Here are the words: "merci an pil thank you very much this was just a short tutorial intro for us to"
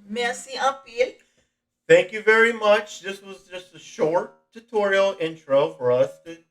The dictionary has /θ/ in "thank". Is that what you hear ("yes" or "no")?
yes